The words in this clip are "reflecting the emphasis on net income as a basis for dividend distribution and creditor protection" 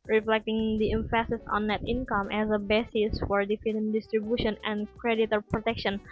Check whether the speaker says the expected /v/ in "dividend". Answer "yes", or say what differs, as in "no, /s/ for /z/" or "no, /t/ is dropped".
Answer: no, /f/ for /v/